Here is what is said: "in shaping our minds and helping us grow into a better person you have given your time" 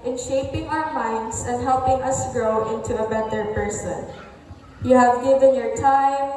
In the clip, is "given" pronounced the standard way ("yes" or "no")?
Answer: yes